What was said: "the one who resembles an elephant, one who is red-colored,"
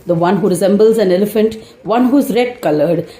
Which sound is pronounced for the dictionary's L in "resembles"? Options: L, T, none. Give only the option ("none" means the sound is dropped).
L